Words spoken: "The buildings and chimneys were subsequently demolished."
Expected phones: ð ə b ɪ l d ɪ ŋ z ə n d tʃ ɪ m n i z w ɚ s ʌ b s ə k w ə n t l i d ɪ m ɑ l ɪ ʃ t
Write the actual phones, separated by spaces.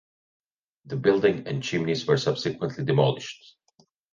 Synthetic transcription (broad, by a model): ð ə b ɪ l d ɪ ŋ ə n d tʃ ɪ m n i z w ɚ s ʌ b s ə k w ə n t l i d ɪ m ɑ l ɪ ʃ t